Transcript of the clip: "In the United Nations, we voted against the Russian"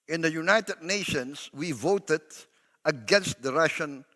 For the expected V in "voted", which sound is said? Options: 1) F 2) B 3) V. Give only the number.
3